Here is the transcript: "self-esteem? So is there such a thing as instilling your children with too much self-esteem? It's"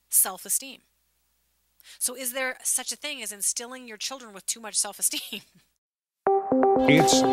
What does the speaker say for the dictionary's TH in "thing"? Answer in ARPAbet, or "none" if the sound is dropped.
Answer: TH